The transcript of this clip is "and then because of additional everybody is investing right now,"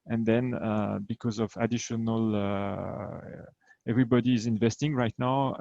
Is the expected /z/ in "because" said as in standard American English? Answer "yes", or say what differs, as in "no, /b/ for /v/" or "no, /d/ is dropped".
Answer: yes